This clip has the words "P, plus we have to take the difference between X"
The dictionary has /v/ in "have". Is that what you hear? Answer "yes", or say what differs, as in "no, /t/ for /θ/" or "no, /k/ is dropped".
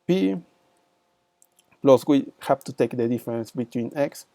no, /p/ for /v/